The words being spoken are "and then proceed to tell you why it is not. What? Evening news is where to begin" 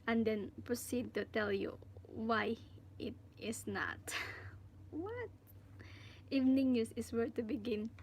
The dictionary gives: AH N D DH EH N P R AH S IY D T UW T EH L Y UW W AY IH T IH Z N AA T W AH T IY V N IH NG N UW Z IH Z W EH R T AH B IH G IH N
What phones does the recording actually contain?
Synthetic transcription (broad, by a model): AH N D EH N P R AH S IY D T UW T EH L Y UW W AY IH T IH S N AA T W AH T IY V N IH NG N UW S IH S W EH R T AH B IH G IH N